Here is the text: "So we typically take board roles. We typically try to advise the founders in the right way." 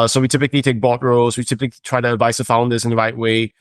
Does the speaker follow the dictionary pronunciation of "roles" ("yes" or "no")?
yes